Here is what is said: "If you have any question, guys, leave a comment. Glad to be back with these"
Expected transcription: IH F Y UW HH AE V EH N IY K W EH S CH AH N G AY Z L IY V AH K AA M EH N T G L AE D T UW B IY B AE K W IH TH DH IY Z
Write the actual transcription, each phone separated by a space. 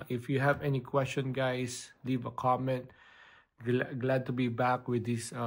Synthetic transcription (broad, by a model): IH F Y UW HH AE V EH N IY K W EH S CH AH N G AY S L IY V AH K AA M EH N T G L AE D T UW B IY B AE K W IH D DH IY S